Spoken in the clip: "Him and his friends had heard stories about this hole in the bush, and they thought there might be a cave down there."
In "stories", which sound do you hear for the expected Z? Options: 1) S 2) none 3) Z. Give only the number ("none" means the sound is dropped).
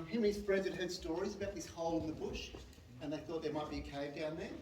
3